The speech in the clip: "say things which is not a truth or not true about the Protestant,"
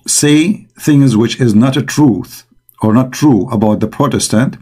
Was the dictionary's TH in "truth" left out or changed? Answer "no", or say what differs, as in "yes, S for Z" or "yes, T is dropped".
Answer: no